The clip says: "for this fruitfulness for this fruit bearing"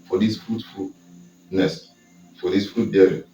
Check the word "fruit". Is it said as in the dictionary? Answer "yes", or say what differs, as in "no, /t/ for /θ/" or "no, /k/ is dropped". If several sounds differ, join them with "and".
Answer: yes